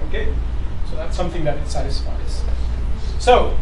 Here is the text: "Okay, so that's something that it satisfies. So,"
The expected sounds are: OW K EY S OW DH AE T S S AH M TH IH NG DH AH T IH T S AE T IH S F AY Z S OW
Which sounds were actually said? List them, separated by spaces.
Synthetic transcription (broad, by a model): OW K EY S OW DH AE T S S AH M TH IH NG DH AH T IH T S AE T IH S F AY Z S OW